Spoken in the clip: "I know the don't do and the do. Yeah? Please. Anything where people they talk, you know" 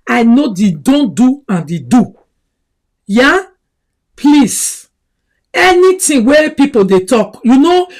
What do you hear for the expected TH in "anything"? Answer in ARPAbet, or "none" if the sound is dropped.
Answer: T